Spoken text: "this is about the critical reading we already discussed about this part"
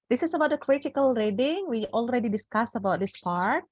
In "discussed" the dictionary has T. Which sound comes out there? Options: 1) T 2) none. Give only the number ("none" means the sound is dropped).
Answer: 2